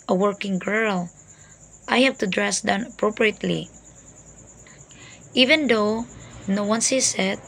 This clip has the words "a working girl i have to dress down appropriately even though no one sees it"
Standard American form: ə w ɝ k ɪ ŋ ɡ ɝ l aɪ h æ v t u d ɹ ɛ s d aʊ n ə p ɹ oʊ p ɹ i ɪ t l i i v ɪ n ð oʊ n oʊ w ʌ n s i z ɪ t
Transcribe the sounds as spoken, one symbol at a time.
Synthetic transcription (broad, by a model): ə w ɝ k ɪ ŋ ɡ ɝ l aɪ h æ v t u d ɹ ɛ s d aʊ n ə p ɹ oʊ p ɹ i ɪ t l i i v ɪ n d oʊ n oʊ w ʌ n s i s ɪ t